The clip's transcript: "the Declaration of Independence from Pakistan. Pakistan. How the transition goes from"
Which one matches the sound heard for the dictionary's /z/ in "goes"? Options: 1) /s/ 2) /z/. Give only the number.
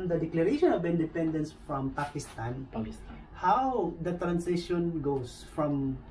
1